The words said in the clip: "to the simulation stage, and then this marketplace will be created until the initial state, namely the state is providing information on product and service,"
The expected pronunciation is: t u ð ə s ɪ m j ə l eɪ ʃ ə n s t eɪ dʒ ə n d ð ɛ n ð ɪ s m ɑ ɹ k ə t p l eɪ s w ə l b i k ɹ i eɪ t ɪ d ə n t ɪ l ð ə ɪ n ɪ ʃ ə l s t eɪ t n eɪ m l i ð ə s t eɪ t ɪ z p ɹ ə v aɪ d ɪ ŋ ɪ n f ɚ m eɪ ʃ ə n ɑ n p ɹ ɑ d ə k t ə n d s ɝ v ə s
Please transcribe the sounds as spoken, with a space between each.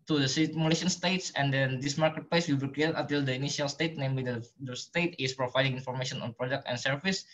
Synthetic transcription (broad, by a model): t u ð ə s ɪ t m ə l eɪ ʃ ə n s t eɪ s ə n d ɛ n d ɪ s m ɑ ɹ k ə t p l eɪ s w ə l b i k ɹ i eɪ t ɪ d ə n t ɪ l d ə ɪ n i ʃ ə l s t eɪ t n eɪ m l i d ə s t eɪ t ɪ s p ɹ ə v aɪ d ɪ ŋ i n f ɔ m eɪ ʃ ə n ɑ n p ɹ ɑ d ə k t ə n s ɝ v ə s